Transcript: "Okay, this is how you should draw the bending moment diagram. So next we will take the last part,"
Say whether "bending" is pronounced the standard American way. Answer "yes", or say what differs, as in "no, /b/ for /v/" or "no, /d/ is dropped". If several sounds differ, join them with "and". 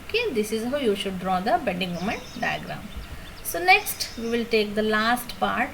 no, /n/ is dropped